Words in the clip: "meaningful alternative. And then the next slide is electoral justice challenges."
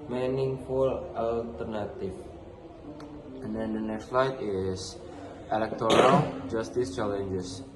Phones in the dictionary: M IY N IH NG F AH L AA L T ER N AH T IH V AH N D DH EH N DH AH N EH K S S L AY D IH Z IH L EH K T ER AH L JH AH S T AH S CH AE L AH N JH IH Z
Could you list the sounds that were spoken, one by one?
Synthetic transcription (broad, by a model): M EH N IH NG F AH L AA L T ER N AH T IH F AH N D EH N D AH N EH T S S L AY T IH S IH L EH K T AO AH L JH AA S T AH S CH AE L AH N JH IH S